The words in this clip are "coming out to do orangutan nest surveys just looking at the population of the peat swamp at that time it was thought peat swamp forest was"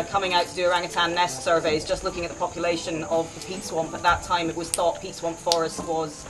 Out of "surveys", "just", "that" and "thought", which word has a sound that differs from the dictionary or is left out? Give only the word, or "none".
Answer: none